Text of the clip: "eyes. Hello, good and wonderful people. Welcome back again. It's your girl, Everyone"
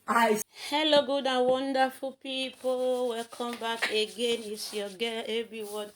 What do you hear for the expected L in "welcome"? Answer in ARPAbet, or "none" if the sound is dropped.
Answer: none